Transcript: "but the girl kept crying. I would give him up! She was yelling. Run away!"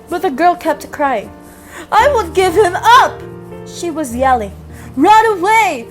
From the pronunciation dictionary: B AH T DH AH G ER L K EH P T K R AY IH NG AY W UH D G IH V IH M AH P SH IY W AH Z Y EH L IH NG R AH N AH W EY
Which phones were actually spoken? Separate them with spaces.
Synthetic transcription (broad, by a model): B AH T DH AH G ER L K EH P T K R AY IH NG AY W UH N G IH V IH M AH P SH IY W AH Z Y EH L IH R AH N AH W EY